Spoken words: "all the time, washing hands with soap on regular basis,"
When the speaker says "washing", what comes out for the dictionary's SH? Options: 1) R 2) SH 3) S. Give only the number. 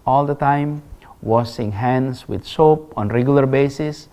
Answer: 3